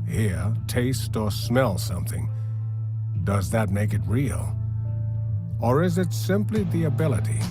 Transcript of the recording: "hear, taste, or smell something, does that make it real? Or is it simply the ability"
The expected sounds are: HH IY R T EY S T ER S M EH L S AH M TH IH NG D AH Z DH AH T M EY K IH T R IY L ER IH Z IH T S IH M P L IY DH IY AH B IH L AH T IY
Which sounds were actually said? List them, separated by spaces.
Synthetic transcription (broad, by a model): HH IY R T EY S T ER S M EH L S AH M TH IH NG D AH Z DH AH T M EY K IH T R IY L ER IH Z IH T S IH M P L IY DH IY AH B IH L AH T IY